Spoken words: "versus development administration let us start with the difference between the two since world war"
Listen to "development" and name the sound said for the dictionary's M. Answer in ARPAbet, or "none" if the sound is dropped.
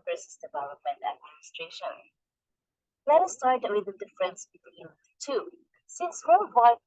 none